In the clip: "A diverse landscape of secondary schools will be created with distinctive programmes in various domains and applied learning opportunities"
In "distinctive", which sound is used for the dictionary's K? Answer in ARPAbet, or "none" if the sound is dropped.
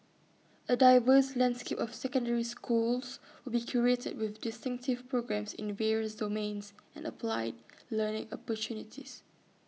K